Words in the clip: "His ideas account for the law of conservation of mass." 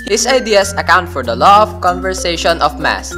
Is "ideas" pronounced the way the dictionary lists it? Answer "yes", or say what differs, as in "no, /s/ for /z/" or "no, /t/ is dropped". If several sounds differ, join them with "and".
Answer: no, /s/ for /z/